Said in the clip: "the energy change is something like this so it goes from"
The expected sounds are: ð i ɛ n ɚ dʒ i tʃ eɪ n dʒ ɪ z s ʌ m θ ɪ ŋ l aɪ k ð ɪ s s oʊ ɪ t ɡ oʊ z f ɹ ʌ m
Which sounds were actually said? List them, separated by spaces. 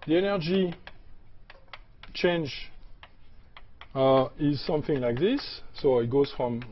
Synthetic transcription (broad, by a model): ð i ɛ n ɚ dʒ i tʃ eɪ n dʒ ɪ z s ʌ m θ ɪ ŋ l aɪ k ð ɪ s s oʊ ɪ t ɡ oʊ z f ɹ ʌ m